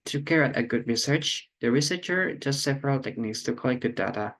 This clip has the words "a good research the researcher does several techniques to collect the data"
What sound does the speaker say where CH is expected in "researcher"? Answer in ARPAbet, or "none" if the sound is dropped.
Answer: CH